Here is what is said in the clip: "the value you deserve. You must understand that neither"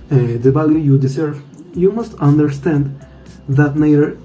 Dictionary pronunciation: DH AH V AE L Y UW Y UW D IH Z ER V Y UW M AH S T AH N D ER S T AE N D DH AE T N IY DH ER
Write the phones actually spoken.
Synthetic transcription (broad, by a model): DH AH B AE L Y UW Y UW D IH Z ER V Y UW M AH S T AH N D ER S T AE N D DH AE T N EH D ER